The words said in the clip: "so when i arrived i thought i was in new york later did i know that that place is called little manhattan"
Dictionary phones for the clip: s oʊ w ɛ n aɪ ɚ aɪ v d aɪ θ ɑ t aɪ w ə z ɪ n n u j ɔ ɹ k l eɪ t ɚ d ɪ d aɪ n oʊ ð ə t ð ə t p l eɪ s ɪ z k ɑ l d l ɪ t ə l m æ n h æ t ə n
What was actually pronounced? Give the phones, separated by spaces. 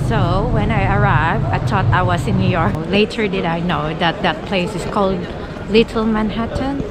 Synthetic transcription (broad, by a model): s oʊ w ɛ n aɪ ɚ aɪ v d aɪ t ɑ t aɪ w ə s ɪ n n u j ɔ ɹ k l eɪ t ɚ d ɪ d aɪ n oʊ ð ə t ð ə t p l eɪ s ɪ s k ɑ l d l ɪ t ə l m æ n h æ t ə n